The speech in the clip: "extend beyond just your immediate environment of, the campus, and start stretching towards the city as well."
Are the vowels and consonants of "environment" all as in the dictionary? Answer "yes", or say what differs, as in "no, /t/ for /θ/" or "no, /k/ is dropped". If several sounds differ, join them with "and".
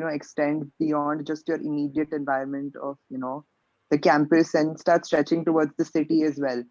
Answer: no, /ɹ/ is dropped